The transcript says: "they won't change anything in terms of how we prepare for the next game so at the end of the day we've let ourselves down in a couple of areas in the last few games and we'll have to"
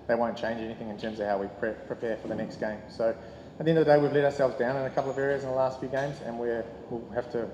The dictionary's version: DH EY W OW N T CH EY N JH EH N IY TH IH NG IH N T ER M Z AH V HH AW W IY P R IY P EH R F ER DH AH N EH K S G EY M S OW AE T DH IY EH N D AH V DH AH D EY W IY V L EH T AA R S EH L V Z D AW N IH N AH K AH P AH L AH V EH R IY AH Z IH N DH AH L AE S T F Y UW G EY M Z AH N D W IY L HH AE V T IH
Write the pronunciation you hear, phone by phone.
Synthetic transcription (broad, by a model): DH EY W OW N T CH EY N JH EH N IY TH IH NG IH N T ER M Z AH V HH AW W IY P R IY P EH R F ER DH AH N EH K S G EY M S OW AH T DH IY EH N D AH DH AH D EY W IY V L EH T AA R S EH L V Z D AW N IH N AH K AH P L AH V EH R IY AH Z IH N DH AH L AE S T F Y UW G EY M Z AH N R W IY L HH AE F T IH